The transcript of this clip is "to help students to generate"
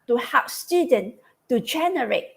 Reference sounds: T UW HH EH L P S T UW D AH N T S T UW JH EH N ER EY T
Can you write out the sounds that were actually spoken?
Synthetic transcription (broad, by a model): T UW HH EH P S T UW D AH N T T UW JH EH N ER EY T